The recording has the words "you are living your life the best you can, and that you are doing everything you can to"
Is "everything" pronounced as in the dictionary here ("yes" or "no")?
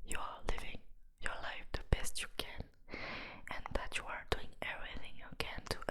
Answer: yes